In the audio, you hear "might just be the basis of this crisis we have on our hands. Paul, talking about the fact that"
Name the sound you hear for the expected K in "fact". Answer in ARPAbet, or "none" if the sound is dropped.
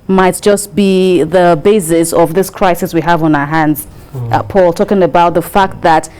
K